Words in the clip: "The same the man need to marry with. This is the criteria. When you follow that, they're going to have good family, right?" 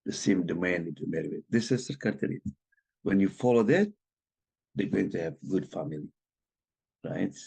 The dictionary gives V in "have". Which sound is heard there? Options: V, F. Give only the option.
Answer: V